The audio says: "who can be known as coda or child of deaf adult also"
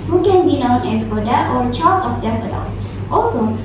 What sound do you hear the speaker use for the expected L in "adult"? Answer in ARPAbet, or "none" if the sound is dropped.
none